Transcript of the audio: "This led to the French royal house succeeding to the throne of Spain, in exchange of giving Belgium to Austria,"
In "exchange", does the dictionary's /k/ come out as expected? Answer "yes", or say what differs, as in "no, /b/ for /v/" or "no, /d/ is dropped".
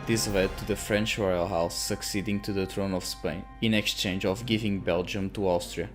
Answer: yes